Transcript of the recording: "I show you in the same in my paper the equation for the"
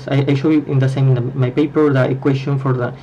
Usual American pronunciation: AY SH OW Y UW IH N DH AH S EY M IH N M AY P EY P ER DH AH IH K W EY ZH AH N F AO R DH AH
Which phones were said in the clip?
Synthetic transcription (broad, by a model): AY SH OW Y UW IH N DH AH S EY M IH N M AY P EY P ER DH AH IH K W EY S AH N F AO R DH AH